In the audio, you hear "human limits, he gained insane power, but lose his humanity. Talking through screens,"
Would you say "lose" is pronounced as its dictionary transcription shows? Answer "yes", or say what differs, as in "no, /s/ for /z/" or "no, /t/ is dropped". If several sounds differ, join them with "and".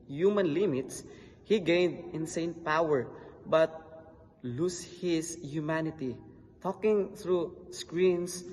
no, /s/ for /z/